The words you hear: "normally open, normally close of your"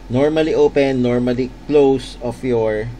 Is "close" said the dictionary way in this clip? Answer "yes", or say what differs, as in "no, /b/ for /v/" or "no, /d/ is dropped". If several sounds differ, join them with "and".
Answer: yes